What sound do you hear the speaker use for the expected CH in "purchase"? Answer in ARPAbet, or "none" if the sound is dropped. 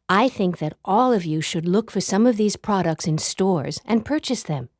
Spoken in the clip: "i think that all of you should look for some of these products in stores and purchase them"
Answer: CH